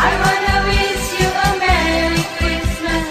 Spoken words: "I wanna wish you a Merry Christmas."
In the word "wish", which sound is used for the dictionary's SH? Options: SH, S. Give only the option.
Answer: S